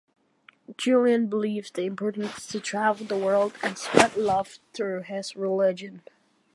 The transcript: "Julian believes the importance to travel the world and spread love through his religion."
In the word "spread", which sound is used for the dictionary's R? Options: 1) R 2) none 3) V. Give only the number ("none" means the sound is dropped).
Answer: 2